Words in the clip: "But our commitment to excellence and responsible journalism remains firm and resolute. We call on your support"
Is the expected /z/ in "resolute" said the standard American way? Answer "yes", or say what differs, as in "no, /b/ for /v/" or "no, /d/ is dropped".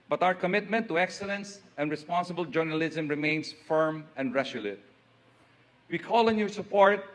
no, /s/ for /z/